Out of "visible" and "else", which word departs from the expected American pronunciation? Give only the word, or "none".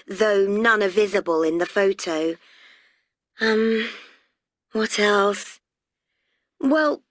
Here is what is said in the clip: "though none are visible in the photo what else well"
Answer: none